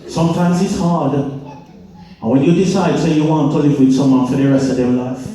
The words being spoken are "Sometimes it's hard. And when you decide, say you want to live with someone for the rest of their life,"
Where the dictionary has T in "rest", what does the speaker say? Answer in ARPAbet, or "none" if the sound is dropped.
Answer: none